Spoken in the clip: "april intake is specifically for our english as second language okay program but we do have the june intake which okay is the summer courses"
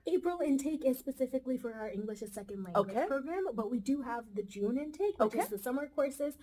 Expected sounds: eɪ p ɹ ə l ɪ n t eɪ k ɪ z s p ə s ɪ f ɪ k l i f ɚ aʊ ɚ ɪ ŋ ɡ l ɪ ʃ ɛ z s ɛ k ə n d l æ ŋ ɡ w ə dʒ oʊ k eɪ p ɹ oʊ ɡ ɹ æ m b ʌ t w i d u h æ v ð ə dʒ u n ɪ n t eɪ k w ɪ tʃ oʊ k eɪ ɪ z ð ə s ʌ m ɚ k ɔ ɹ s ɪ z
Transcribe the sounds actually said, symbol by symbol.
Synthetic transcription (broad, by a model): eɪ p ɹ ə l ɪ n t eɪ k ɪ z s p ə s ɪ f ɪ k l i f ɚ aʊ ɚ ɪ ŋ ɡ l ɪ ʃ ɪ s ɛ k ə n d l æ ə oʊ k eɪ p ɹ oʊ ɡ ɹ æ m b ʌ t w i d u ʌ v ð ə dʒ u n ɪ n t eɪ ɪ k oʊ ʊ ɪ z ð ə s ʌ m ɚ k ɔ ɹ s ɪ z